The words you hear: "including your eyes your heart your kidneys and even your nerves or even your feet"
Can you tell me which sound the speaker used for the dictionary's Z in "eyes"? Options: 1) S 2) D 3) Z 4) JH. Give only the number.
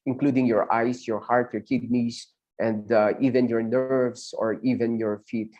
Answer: 1